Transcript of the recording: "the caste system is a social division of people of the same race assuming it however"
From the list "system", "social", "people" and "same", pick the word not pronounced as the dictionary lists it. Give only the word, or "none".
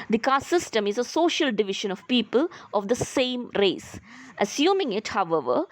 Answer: none